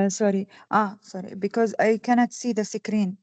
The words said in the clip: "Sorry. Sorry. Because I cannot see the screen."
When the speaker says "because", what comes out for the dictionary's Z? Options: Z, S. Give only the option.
Z